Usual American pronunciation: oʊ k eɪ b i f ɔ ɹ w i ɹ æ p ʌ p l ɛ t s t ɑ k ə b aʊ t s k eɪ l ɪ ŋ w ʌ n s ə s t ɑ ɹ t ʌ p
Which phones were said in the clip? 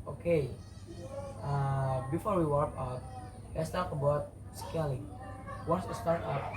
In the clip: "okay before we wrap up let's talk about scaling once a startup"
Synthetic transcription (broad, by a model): oʊ k eɪ b i f ɔ ɹ w i w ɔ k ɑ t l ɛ s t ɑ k ə b aʊ t s k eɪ l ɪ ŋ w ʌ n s ə s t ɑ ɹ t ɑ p